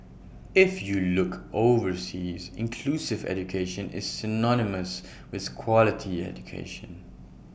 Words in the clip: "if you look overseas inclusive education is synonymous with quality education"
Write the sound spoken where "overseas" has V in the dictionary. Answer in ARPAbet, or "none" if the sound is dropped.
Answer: V